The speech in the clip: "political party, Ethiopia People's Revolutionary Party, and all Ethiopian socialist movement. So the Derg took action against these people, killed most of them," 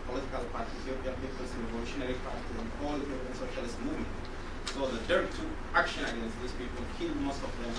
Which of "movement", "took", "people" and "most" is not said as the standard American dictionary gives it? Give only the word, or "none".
took